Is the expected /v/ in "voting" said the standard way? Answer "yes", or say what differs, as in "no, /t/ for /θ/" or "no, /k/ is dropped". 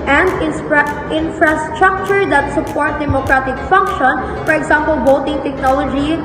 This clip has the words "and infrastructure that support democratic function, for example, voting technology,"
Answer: no, /b/ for /v/